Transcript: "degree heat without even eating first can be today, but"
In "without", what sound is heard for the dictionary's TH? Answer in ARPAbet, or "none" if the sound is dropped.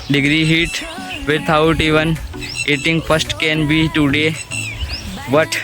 T